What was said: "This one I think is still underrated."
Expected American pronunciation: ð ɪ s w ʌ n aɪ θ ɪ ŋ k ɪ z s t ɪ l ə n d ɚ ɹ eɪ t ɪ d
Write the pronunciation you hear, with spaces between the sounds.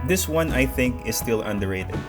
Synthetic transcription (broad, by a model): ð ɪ s w ʌ n aɪ θ ɪ ŋ k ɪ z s t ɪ l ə n d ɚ ɹ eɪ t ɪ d